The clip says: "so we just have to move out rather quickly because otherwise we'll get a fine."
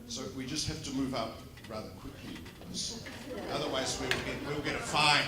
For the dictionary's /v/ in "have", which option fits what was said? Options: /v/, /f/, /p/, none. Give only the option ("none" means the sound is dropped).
/f/